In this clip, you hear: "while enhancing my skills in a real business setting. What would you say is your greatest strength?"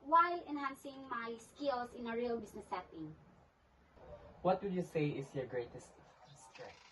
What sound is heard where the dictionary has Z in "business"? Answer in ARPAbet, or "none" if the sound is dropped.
S